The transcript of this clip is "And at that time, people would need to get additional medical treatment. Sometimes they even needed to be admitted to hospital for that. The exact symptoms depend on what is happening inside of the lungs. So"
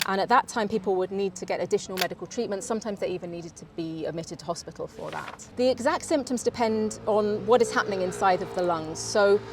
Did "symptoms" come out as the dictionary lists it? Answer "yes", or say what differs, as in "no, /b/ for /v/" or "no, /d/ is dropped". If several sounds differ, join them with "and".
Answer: yes